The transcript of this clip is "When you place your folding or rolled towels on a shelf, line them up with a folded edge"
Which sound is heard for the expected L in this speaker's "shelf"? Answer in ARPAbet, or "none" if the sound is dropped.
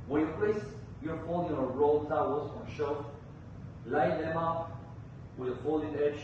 none